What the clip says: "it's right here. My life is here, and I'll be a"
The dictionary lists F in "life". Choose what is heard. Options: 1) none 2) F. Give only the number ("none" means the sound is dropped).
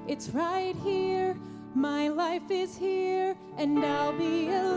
2